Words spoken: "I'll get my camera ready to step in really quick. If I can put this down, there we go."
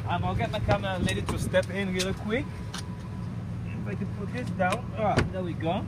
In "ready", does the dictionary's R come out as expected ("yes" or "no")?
no